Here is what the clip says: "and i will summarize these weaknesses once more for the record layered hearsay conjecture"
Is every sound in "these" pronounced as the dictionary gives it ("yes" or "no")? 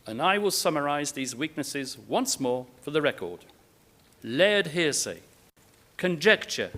yes